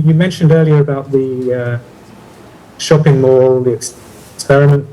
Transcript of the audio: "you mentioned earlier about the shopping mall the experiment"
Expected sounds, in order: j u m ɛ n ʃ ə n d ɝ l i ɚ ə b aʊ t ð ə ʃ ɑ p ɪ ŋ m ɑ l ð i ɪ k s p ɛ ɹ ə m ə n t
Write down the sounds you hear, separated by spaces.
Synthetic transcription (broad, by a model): j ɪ m ɛ n ʃ ə n d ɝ l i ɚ ə b aʊ t ð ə ʃ ɑ p ɪ ŋ m ɑ l ð i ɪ k s p ɛ ɹ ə m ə n t